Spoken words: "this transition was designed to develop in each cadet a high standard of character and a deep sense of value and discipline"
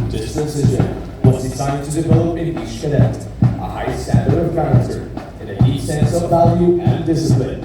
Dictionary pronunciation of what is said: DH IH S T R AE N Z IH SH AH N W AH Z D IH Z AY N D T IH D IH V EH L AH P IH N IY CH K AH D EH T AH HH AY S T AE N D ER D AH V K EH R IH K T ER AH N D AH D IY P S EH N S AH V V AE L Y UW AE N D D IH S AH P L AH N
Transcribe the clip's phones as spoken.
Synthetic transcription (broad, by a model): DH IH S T AE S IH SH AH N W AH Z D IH S AY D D T IH D IH V EH L AH P IH N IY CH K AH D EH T AH HH AY S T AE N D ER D AH V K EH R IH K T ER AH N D AH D IY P S EH N S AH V V AE L Y UW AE N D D IH S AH P L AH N